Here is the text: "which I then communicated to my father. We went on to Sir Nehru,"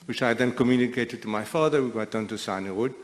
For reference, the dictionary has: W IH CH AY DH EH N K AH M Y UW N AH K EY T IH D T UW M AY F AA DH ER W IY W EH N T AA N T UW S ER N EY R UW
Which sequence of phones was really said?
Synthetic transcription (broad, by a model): W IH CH AY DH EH N K AH M Y UW N AH K EY T IH D T UW M AY F AA DH ER W IY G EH T AA N T UW S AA N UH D